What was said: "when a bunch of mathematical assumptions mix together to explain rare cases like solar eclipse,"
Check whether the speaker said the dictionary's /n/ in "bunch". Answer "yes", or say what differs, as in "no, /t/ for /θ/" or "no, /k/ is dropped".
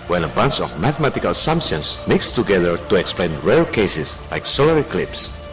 yes